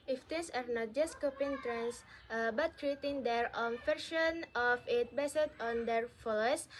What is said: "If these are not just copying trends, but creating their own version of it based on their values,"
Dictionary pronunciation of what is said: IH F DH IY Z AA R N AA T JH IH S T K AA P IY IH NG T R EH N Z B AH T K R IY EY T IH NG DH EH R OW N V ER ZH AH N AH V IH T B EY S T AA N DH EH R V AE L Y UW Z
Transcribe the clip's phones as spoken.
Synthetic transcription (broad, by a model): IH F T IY S AA R N AA T JH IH S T K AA P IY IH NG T R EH N S B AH T K R IY EY T IH NG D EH R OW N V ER SH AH N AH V IH T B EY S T AA N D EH R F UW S